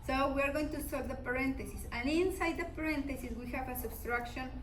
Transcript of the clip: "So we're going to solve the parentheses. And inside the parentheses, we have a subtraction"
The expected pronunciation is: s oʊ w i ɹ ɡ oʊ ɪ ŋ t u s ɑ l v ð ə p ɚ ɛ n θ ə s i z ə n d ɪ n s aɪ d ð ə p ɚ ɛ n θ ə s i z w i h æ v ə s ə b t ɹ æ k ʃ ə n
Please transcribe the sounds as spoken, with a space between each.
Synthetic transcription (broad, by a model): s oʊ w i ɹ ɡ oʊ ɪ ŋ t u s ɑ v ð ə p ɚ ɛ n t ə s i s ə n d ɪ n s aɪ d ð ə p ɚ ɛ n t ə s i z w i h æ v ə s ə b t ɹ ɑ k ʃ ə n